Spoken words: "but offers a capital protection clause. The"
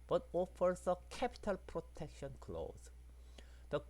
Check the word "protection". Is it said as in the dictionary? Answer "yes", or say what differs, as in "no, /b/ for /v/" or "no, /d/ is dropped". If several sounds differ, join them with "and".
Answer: yes